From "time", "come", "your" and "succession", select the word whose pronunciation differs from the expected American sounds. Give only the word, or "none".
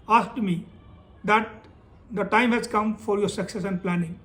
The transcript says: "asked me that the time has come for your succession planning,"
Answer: succession